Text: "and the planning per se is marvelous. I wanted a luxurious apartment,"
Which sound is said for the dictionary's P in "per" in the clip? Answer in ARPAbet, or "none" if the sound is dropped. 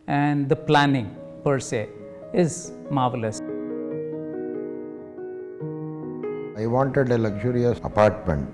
P